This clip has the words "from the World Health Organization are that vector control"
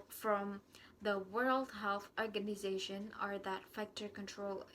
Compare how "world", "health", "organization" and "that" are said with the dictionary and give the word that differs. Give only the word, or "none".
none